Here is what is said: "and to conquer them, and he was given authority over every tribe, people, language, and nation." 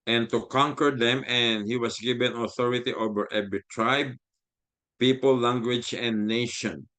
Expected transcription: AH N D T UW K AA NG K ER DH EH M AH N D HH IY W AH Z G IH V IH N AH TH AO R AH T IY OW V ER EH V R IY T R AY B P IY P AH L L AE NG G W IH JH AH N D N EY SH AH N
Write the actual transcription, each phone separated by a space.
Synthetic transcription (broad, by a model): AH N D T UW K AA NG K ER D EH M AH N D HH IY W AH S G IH V IH N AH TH AO R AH T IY OW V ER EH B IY T R AY B P IY P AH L L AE NG G W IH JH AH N N EY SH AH N